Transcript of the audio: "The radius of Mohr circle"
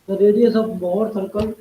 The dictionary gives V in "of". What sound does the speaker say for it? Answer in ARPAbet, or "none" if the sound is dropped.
B